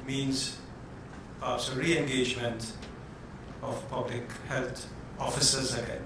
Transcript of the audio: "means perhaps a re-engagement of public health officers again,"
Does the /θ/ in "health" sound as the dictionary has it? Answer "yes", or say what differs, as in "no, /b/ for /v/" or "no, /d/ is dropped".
no, /t/ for /θ/